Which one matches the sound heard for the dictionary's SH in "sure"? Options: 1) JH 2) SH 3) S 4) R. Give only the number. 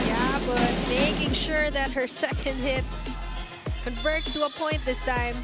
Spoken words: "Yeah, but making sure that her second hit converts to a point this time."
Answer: 2